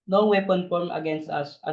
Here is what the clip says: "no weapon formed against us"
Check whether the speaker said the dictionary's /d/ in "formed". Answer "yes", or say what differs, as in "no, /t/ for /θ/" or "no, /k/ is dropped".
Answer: no, /d/ is dropped